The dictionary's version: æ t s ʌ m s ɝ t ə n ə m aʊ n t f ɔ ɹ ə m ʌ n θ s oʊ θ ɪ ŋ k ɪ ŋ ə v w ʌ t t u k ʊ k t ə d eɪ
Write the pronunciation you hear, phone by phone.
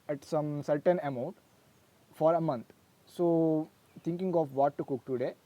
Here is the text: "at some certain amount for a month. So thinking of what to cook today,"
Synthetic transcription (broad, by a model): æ t s ʌ m s ɝ t ə n ə m aʊ n t f ɔ ɹ ə m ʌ n t s oʊ t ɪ ŋ k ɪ ŋ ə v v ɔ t t u k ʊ k t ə d eɪ